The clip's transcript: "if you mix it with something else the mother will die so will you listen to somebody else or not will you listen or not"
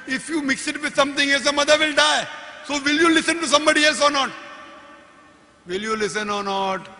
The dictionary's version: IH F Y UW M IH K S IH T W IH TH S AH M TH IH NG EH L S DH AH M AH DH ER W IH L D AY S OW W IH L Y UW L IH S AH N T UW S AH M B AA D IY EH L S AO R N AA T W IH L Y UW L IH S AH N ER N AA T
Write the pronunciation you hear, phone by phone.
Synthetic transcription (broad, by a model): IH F Y UW M IH K S IH T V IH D S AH M T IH NG EH L S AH M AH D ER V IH L D AY S OW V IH L Y UW L IH S AH N T UW S AH M B AA D IY EH L S AO R N AA T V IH L Y UW L IH S AH N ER N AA T